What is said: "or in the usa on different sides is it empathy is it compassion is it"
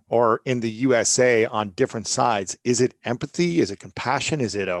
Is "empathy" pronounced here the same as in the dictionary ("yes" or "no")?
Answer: yes